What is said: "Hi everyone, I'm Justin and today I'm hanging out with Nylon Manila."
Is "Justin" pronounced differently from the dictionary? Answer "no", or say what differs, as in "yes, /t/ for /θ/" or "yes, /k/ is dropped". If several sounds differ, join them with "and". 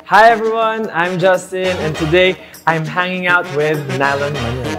no